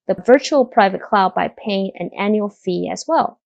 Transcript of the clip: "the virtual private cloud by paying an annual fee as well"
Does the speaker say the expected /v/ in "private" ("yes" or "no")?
yes